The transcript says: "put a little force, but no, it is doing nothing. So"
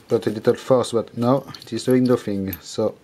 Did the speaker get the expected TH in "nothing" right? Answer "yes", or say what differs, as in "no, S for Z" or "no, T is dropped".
no, F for TH